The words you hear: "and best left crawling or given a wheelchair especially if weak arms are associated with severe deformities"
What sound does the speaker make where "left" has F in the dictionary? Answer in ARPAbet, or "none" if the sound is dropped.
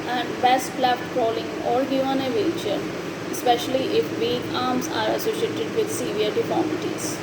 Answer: none